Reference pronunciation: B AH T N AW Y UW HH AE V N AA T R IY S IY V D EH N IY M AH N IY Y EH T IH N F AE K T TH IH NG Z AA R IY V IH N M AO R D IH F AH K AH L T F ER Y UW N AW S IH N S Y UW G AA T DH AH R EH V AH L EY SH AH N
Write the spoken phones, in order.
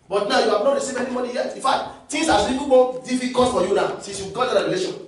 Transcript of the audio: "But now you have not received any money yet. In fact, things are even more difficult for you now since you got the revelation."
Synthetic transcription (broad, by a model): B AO T N AW Y UW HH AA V N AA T R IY S IY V EH N IY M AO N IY Y EH T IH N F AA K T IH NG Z AA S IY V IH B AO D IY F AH K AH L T F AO Y UW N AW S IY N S Y UW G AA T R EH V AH L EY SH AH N